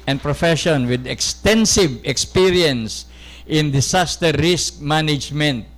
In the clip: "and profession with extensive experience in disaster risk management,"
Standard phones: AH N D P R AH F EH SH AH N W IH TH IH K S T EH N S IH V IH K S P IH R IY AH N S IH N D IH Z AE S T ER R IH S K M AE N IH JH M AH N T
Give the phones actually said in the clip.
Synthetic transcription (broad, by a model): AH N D P R AH F EH SH AH N W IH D IH K S T EH N S IH V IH K S P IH R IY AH N S IH N D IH S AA S T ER R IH S K M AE N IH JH M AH N T